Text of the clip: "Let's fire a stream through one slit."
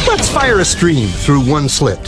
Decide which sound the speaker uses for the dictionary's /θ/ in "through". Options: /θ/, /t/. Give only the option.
/θ/